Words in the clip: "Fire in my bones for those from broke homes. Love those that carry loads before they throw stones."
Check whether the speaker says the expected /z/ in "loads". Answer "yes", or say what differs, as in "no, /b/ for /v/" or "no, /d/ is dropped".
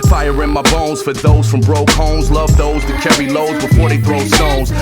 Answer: yes